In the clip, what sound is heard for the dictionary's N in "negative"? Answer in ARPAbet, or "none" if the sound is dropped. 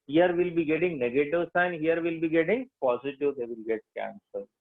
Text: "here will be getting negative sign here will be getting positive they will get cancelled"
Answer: N